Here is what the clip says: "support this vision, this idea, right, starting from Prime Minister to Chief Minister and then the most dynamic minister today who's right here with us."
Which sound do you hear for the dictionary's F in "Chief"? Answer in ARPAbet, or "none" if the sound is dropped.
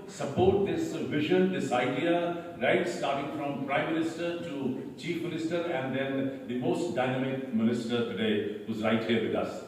F